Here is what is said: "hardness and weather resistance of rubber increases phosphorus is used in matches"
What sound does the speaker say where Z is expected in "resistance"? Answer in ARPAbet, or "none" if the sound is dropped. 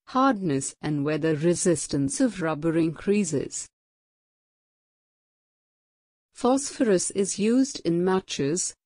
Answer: Z